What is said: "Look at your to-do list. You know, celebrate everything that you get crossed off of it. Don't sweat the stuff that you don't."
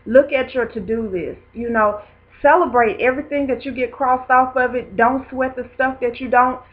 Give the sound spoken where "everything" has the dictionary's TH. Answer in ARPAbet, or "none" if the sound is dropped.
TH